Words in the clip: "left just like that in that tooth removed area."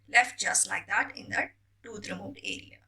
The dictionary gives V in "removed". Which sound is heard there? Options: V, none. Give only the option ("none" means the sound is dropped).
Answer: none